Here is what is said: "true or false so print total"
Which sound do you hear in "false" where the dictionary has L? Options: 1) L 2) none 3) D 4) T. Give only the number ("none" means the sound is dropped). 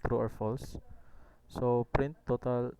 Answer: 1